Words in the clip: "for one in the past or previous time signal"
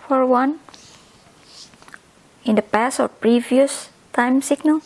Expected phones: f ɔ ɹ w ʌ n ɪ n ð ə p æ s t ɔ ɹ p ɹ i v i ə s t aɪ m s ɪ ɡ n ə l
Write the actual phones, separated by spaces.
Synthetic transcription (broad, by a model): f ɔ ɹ w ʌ n ɪ n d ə p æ s ɔ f p ɹ i v i ə s t aɪ m s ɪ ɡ n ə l